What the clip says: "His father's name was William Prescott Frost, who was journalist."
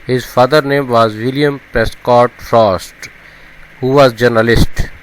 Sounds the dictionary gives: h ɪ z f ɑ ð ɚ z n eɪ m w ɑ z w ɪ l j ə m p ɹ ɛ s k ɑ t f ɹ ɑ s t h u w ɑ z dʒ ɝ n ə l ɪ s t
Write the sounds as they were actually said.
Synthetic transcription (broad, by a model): h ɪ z f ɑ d ɚ n eɪ m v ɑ z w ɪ l j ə m p ɹ ɛ s k ɑ t f ɹ ɑ s t h u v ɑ z dʒ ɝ n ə l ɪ s t